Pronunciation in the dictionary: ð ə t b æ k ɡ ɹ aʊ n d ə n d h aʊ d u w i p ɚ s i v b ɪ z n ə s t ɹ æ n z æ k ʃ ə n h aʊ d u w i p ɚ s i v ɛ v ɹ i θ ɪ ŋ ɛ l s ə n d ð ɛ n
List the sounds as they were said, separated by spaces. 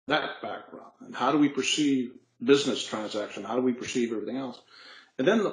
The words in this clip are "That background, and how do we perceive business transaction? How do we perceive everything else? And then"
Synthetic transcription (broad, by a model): ð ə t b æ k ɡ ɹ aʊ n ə n h aʊ d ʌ w i p ɚ s i v b ɪ z n ə s t ɹ æ n z æ k ʃ ə n h aʊ d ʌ w i p ɚ s i v ɛ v ɹ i θ ɪ ŋ ɛ l s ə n ð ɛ n